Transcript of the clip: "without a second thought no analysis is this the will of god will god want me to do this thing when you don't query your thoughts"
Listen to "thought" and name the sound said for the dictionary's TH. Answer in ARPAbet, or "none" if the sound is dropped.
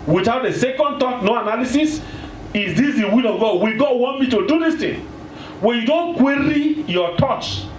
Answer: T